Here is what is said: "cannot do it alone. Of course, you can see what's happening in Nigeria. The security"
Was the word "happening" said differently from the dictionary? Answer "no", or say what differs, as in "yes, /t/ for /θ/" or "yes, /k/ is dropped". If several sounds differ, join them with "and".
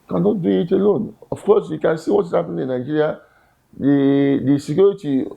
yes, /n/ is dropped